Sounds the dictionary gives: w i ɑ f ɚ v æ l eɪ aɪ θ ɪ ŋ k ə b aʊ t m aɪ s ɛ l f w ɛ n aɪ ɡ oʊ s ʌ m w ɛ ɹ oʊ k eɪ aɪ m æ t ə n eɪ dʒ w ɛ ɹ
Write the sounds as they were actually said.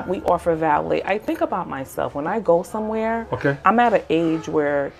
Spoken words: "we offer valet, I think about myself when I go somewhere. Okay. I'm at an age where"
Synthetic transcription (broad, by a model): w i ɑ f ɚ v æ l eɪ aɪ θ ɪ ŋ k ə b aʊ t m aɪ s ɛ l f w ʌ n aɪ ɡ oʊ s ʌ m w ɛ ɹ oʊ k eɪ aɪ m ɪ t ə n eɪ dʒ w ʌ ɹ